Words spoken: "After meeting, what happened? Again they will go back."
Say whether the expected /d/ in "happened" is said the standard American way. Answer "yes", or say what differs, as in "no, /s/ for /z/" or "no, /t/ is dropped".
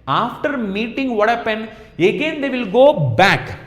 no, /d/ is dropped